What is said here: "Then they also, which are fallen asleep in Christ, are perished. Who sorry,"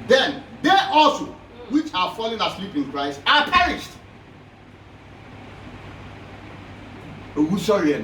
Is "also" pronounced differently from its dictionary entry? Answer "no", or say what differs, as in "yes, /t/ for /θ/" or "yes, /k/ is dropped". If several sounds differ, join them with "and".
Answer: no